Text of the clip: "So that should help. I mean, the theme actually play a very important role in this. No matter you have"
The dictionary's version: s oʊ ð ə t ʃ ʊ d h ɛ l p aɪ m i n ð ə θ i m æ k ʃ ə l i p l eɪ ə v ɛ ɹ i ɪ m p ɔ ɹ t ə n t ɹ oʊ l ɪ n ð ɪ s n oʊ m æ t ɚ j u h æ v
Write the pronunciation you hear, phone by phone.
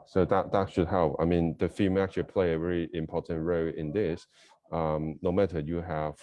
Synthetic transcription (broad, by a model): s oʊ ð ə t ʃ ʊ d h ɛ l p aɪ m i n ð ə f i m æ k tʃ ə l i p l eɪ ə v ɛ ɹ i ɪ m p ɔ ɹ t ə n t ɹ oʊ ɪ n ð ɪ s n oʊ m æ t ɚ j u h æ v